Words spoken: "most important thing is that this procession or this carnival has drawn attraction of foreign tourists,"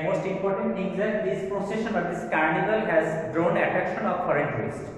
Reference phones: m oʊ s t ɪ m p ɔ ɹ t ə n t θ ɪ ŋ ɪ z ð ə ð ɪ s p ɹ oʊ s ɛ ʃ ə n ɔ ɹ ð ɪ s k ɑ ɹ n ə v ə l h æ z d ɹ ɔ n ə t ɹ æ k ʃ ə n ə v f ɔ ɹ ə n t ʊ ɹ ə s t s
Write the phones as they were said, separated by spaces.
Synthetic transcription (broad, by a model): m oʊ s t ɪ m p ɔ ɹ t ə n t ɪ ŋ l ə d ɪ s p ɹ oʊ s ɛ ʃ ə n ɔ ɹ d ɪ s k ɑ ɹ n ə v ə l h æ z d ɹ ɔ n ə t ɹ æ k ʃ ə n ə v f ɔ ɹ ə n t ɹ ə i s